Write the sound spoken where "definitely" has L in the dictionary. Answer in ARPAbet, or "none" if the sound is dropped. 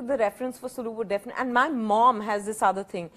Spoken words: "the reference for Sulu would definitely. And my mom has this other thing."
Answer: none